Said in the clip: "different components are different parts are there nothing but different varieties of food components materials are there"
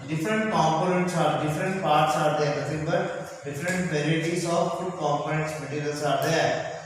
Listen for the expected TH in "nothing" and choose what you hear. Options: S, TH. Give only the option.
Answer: S